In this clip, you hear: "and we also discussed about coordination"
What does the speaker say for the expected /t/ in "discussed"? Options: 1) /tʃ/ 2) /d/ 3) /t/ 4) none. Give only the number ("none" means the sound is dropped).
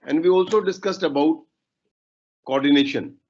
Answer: 3